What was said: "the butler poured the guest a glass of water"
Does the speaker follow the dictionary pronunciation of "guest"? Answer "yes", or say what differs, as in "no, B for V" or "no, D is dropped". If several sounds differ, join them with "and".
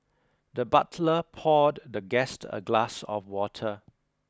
yes